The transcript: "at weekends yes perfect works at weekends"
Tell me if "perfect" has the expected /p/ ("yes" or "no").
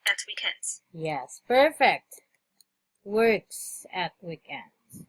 yes